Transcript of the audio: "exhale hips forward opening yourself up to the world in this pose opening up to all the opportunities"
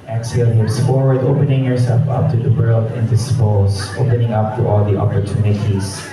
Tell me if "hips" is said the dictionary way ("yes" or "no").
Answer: no